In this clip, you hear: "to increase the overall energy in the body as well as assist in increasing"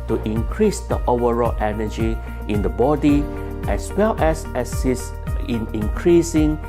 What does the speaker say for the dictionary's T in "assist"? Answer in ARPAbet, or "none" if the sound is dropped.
none